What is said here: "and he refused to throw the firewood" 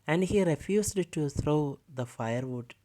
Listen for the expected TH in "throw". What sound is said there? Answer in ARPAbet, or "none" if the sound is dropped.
T